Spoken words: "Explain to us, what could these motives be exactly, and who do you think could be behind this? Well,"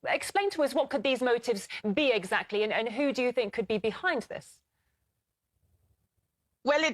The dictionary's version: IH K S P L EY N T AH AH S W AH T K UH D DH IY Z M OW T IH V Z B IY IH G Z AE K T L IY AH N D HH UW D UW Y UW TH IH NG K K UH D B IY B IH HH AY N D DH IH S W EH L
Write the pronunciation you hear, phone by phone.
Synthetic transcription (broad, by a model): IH K S P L EY N T AH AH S W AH T K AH D DH IY Z M OW T IH V Z B IY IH G Z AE K T L IY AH N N HH UW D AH Y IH TH IH NG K K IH D B IY B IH HH AY N DH IH S W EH L